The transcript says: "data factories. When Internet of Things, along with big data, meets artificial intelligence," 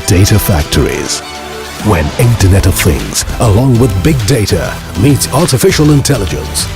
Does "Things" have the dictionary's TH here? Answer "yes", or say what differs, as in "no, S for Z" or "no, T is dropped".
yes